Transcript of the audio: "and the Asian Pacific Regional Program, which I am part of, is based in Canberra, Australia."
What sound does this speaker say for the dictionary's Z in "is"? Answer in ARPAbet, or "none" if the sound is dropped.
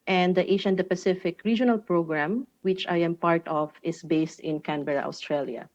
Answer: S